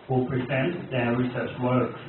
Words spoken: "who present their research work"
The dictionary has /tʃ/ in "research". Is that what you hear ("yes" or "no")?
no